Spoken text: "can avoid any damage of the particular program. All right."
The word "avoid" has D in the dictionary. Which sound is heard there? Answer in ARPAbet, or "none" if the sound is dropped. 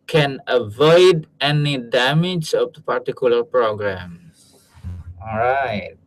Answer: D